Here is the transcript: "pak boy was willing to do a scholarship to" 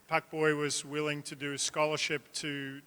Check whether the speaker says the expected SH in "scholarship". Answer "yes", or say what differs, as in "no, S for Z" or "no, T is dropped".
yes